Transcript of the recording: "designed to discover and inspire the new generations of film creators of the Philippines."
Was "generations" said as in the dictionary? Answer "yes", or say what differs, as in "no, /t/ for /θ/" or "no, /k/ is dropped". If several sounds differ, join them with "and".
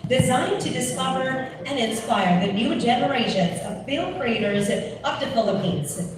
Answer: yes